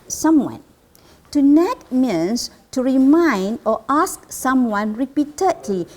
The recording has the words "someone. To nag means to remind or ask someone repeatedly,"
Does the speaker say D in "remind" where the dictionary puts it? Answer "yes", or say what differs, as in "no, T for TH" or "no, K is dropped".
yes